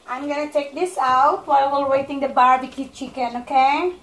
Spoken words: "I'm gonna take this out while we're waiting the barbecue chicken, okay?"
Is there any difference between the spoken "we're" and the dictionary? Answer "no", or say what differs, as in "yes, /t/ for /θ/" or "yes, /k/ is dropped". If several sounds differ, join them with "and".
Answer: yes, /l/ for /ɹ/